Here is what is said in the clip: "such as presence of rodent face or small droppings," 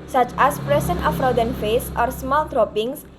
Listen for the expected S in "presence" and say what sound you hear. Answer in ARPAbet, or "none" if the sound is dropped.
none